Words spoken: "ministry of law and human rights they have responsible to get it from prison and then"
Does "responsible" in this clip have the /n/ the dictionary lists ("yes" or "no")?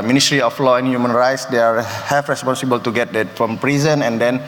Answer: yes